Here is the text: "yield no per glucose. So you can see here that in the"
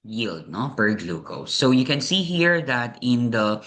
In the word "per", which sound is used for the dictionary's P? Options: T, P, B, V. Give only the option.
B